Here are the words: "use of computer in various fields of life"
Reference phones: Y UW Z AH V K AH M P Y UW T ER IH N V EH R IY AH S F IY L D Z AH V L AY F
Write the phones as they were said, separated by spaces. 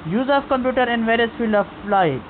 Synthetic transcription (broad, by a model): Y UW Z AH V K AH M P Y UW T ER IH N V EH R IY AH S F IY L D AH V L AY